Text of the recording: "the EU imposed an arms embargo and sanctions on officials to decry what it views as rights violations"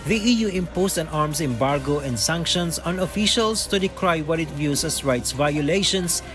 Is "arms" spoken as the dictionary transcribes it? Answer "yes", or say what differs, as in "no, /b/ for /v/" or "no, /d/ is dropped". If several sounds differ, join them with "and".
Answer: no, /s/ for /z/